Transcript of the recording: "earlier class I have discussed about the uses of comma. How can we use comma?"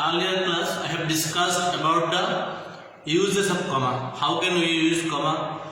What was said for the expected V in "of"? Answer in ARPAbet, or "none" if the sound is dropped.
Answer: P